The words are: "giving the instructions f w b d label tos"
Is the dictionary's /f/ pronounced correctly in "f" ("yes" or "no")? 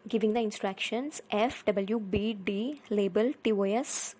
yes